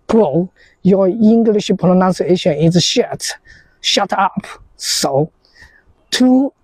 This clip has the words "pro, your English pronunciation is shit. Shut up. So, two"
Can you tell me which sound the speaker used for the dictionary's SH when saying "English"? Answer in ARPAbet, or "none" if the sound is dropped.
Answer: SH